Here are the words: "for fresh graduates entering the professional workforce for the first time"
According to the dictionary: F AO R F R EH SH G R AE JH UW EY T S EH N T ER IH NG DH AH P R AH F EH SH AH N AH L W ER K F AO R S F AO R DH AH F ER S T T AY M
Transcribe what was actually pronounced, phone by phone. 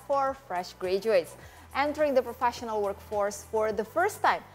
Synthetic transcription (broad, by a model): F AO R F R EH SH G R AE JH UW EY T S EH N T ER IH NG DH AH P R AH F EH SH AH N AH L W ER K F AO R S F AO R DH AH F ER S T T AY M